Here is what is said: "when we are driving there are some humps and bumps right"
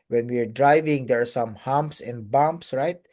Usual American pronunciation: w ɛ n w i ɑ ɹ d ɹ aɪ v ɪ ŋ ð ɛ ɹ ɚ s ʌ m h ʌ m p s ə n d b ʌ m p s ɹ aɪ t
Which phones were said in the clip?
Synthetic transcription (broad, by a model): w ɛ n w i ɑ ɹ d ɹ aɪ v ɪ ŋ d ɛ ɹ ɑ s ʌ m h ʌ m p s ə n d b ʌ m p s ɹ aɪ t